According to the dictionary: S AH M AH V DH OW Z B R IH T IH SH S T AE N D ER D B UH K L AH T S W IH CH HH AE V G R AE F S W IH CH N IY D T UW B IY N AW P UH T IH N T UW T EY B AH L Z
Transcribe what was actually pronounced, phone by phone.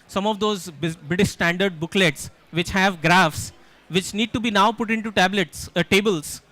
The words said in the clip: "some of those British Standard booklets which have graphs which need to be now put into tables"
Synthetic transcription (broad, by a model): S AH M AH V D OW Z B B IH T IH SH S T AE N D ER D B UH K L AH T S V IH CH HH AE V G R AE F S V IH CH N IY D T UW B IY N AW P UH T IH N T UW T EY B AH L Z